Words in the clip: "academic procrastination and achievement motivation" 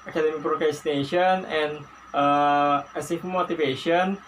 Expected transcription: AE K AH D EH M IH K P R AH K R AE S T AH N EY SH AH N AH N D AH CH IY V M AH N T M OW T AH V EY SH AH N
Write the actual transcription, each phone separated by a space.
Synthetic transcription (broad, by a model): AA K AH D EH M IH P R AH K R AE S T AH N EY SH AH N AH N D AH EH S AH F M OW T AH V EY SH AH N